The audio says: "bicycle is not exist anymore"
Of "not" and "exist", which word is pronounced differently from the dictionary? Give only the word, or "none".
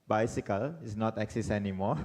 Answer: exist